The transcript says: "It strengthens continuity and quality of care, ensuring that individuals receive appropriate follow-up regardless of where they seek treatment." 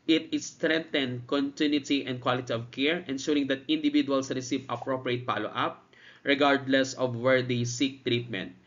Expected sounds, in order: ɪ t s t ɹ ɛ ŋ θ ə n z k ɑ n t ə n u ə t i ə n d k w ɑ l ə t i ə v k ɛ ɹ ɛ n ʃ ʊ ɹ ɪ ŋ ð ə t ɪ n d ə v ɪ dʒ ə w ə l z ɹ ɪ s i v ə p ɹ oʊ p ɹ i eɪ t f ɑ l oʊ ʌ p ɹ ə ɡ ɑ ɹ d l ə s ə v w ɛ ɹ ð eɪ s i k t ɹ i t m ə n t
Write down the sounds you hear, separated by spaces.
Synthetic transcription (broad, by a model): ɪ t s t ɹ ɛ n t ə n k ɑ n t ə n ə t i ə n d k w ɑ l ə t i ə v k ɛ ɹ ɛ n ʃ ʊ ɹ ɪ ŋ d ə t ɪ n d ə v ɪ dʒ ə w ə l s ɹ ɪ s i v ə p ɹ oʊ p ɹ i eɪ t p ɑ l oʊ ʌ p ɹ ə ɡ ɑ ɹ d l ə s ə v w ɛ ɹ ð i s i k t ɹ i t m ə n t